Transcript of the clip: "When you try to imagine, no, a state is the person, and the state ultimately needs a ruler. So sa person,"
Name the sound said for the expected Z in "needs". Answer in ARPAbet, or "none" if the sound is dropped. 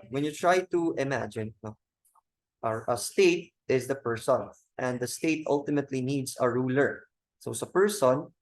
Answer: S